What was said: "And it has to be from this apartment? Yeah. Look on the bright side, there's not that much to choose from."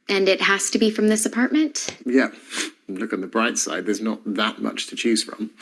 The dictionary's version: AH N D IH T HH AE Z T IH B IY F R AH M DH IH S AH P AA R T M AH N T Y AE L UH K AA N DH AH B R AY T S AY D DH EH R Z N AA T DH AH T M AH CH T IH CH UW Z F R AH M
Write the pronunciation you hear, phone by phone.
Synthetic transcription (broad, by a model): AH N IH T HH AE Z T IH B IY F R AH M DH IH S AH P AA R T M AH N T Y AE L UH K N DH AH B R AY T S AY D DH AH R Z N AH T DH AH T M AH CH T IH CH UW Z F R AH M